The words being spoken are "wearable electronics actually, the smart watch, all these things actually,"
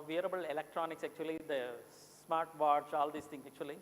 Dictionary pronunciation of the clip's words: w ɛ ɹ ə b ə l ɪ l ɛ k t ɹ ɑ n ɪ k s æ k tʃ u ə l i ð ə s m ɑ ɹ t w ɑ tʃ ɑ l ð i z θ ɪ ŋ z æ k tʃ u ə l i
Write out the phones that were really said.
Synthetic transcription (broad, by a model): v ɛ ɹ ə b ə l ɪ l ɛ k t ɹ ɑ n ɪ k s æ k tʃ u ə l i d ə s m ɑ ɹ t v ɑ s ɑ l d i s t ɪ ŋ s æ k tʃ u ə l i